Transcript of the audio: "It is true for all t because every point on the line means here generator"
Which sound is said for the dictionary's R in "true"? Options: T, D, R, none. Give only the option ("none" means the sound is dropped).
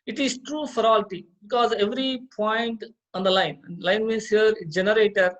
R